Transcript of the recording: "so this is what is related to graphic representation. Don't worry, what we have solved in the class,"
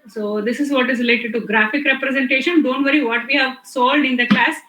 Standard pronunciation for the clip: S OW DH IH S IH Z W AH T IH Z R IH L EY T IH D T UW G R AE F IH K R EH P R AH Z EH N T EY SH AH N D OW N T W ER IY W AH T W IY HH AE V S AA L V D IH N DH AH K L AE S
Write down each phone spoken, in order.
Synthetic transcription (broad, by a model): S OW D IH S IH Z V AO T IH Z R IH L EY T IH D T UW G R AE F IH K R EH P R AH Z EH N T EY SH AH N D OW N T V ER IY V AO T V IY HH AE V S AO L D IH N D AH K L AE S